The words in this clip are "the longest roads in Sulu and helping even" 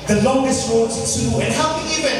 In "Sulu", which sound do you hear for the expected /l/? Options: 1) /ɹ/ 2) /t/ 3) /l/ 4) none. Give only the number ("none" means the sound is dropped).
4